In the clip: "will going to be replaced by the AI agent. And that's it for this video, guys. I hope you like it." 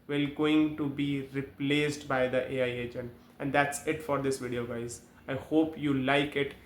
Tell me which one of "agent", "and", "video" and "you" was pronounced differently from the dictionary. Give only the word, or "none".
agent